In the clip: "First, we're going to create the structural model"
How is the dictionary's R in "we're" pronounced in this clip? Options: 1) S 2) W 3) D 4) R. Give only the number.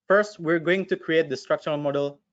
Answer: 4